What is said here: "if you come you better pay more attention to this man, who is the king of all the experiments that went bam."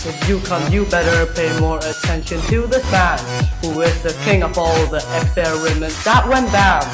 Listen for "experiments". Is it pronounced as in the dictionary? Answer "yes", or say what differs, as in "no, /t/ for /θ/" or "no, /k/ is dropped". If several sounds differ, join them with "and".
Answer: no, /p/ is dropped